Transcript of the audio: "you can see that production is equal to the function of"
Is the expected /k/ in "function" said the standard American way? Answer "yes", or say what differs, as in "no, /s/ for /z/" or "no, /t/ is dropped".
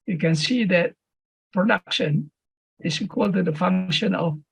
yes